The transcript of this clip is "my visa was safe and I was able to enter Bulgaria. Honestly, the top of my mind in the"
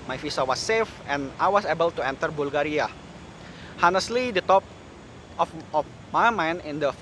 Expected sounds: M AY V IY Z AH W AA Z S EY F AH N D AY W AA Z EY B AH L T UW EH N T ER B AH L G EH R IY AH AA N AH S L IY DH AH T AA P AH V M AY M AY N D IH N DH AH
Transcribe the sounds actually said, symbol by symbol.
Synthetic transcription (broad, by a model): M AY F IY S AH W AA S EY F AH N AY W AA S EY B AH L T UW EH N T ER B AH L G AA R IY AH AA N AH S L IY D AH T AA P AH F M AY M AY N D IH N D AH